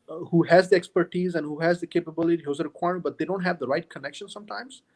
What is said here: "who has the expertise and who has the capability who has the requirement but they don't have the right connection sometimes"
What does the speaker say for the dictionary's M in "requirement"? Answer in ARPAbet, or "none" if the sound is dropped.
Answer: none